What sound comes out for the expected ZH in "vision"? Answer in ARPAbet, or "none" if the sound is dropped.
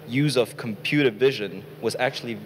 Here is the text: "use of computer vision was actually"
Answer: ZH